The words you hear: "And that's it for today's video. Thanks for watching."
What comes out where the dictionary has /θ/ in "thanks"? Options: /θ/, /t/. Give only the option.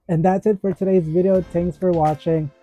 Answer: /t/